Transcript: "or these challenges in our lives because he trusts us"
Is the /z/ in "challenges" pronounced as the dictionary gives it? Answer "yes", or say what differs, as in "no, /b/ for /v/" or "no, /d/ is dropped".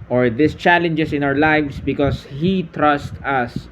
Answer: no, /s/ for /z/